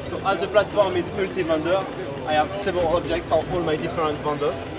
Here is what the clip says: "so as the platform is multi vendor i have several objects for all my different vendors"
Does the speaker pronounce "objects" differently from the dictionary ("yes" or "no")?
yes